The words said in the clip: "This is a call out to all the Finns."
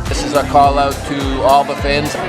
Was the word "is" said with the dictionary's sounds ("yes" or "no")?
yes